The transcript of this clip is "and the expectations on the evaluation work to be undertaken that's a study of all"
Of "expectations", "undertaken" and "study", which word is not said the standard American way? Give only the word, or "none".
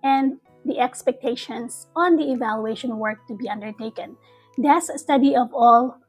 expectations